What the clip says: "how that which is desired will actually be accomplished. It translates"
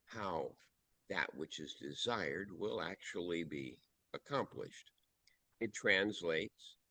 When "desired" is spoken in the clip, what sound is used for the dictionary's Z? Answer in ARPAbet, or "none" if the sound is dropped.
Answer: Z